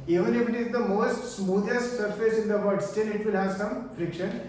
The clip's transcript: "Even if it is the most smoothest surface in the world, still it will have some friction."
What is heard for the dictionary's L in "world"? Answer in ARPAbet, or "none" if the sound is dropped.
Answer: none